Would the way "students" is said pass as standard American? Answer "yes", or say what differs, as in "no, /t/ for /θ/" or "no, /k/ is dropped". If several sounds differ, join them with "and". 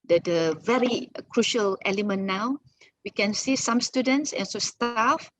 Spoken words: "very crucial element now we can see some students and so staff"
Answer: yes